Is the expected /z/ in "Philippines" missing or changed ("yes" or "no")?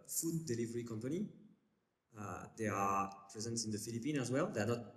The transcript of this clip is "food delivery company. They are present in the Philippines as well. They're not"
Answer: yes